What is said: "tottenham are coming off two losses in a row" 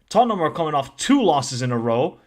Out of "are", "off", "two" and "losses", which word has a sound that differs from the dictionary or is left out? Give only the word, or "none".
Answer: none